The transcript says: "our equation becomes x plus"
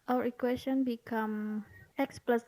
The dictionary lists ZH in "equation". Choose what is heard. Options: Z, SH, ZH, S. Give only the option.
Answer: S